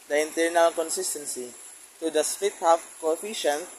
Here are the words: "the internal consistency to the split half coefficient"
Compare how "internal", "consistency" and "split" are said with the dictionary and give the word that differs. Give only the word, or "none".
split